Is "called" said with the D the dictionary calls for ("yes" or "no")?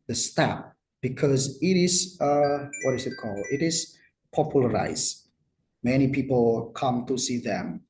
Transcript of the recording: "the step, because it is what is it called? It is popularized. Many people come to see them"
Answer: no